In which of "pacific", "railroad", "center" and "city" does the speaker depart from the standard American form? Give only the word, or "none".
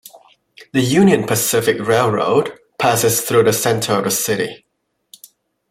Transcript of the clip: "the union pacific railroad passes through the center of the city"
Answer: none